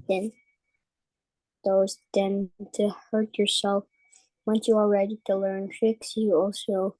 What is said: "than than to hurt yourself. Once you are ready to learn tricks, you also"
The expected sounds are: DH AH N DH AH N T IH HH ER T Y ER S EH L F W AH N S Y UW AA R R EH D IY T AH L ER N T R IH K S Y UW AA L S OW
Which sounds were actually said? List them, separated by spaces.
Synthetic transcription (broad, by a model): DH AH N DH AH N T IH HH ER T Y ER S EH L F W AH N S Y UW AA L R EH D IY T AH L ER N T R IH K S Y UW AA L S OW